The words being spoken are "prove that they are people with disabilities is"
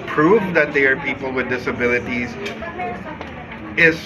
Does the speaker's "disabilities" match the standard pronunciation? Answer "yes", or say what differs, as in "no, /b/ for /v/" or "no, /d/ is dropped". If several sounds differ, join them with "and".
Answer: yes